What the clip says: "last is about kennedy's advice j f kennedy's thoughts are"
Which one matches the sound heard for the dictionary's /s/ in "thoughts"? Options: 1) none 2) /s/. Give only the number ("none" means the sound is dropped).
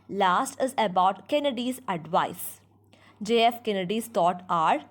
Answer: 1